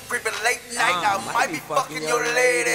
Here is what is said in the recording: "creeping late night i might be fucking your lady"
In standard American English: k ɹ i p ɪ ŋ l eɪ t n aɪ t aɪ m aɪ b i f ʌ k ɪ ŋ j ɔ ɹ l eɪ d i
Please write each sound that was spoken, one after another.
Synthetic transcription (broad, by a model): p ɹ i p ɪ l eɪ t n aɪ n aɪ m aɪ b i p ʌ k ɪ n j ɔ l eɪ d